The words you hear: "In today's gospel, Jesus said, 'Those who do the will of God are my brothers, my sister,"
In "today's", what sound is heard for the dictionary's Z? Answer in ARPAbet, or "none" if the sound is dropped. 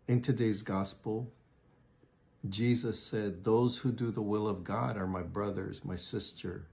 Z